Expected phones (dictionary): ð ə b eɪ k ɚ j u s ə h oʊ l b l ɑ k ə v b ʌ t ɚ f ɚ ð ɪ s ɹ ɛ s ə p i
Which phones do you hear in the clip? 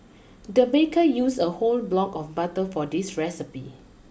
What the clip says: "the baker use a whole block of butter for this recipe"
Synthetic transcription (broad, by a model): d ə b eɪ k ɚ j u s ə h oʊ l b l ɑ k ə f b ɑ t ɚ f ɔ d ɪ s ɹ ɛ s ə p i